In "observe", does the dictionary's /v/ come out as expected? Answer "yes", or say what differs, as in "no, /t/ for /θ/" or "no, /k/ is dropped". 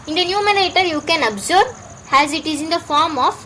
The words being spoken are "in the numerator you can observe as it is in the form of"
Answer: no, /b/ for /v/